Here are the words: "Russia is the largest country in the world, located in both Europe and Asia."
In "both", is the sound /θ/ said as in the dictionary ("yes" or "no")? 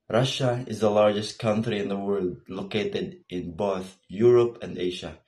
yes